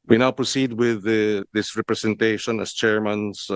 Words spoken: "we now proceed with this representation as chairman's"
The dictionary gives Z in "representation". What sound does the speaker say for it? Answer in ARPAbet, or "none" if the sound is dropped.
S